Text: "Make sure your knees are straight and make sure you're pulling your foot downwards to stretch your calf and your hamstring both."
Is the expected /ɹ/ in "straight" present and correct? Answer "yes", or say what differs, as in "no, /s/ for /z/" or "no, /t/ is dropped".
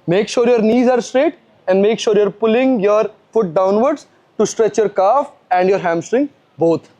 yes